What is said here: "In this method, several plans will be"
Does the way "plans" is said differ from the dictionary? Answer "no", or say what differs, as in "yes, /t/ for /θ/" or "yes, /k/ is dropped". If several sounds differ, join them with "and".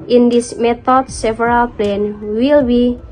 yes, /z/ is dropped